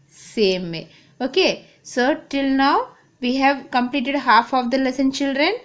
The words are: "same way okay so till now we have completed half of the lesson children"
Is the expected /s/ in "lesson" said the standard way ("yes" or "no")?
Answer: yes